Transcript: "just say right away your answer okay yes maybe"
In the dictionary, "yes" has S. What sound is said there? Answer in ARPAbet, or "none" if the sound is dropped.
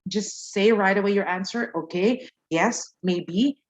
S